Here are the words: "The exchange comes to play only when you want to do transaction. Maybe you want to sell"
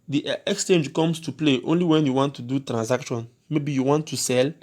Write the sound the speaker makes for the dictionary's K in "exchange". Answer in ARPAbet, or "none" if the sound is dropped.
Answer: K